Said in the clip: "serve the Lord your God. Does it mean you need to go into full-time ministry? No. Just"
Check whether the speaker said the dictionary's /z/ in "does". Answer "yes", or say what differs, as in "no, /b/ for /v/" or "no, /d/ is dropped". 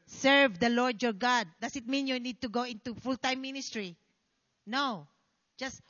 no, /s/ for /z/